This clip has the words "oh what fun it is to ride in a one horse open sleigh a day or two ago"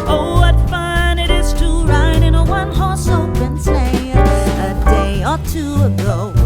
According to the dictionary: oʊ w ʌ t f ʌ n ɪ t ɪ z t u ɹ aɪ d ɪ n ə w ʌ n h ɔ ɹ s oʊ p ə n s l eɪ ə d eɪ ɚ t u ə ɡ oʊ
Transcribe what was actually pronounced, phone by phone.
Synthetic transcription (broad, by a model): oʊ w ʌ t f ʌ n ɪ t ɪ z t u ɹ aɪ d ɪ n ə w ʌ n h ɔ ɹ s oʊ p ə n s eɪ ə d eɪ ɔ t u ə ɡ oʊ